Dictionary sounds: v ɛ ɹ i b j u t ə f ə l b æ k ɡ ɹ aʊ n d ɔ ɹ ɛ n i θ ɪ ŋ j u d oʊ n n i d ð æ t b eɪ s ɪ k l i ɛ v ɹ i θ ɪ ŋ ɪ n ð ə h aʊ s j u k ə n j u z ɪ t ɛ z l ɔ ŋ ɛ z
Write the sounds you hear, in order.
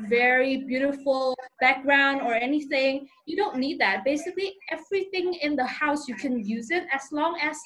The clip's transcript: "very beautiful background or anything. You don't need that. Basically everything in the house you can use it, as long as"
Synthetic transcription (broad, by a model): v ɛ ɹ i b j u t ə f ə l b æ k ɡ ɹ aʊ n d ɔ ɹ ɛ n i θ ɪ ŋ j u d oʊ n n i d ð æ t b eɪ s ɪ k l i ɛ v ɹ i θ ɪ ŋ ɪ n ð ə h aʊ s j u k ə n j u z ɪ t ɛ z l ɔ ŋ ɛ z